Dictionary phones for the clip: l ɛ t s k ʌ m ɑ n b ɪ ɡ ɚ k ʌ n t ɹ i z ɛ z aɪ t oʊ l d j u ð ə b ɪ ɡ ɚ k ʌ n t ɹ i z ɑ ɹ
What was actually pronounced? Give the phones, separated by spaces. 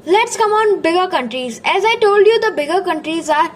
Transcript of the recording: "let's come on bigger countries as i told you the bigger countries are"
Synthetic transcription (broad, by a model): l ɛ t s k ʌ m ɑ n b ɪ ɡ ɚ k ʌ n t ɹ i z ɛ z aɪ t oʊ l d j u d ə b ɪ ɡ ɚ k ʌ n t ɹ i z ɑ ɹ